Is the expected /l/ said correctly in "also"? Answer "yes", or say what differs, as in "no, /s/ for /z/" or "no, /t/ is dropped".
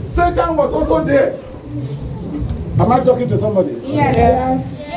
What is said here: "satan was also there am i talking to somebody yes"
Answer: no, /l/ is dropped